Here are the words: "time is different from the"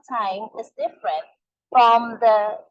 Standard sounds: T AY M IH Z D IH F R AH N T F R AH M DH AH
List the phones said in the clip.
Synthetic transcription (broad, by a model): T AY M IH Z D IH F R AH N T F R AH M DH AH